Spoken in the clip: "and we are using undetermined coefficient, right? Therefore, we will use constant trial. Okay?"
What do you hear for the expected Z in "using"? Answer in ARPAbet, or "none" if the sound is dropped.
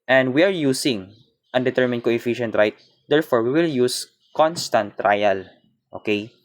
S